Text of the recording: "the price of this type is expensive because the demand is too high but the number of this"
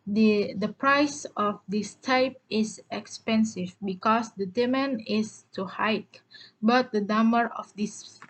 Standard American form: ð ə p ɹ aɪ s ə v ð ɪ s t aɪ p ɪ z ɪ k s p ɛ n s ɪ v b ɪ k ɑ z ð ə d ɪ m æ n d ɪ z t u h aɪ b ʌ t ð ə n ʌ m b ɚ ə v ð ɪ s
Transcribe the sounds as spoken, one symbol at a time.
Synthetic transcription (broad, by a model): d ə p ɹ aɪ s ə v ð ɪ s t aɪ p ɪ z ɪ k s p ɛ n s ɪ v b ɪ k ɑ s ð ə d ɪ m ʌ n ɪ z t u h aɪ b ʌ t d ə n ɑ m ɚ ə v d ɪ s